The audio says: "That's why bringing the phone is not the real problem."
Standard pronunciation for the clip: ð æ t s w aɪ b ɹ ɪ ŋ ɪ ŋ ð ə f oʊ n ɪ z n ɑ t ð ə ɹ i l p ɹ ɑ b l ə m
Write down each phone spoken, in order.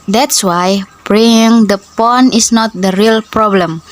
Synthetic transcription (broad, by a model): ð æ t s w aɪ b ɹ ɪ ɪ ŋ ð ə p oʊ n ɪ s n ɑ t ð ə ɹ i l p ɹ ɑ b l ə m